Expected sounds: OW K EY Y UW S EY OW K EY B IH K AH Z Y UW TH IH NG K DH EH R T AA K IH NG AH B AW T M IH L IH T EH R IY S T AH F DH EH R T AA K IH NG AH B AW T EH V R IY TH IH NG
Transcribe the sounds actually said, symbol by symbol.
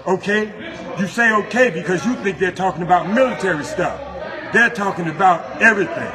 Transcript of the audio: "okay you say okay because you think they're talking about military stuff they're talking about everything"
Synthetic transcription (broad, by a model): OW K EY Y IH S EY OW K EY B IH K AH Z Y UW TH IH NG K DH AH R T AA K IH NG AH B AW T M IH L IH T EH R IY S T AH F DH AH R T AA K IH NG AH B AW T EH V R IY TH IH NG